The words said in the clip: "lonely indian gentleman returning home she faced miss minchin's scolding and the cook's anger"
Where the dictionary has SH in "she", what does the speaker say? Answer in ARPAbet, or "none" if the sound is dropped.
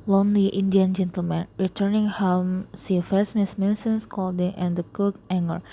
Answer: S